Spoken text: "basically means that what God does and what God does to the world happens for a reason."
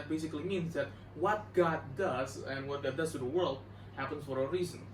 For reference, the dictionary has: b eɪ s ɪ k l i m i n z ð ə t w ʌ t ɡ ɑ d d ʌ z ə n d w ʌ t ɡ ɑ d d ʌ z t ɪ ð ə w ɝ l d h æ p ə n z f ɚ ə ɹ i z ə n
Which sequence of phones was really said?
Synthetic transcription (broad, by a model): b eɪ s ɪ k l i m i n z ð ə t w ʌ t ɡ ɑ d d ʌ z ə n w ʌ t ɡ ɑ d d ʌ z t ɪ ð ə w ɝ l d h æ p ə n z f ɚ ə ɹ i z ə n